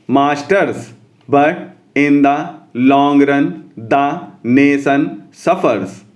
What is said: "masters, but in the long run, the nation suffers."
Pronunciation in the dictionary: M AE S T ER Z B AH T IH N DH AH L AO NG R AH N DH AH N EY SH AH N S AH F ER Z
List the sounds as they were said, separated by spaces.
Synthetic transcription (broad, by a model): M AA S T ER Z B AH T IH N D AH L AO NG R AH N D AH N EY S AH N S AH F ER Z